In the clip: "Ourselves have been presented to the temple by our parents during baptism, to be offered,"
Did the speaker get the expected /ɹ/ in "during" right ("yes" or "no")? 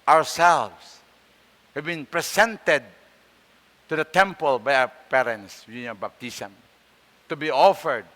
no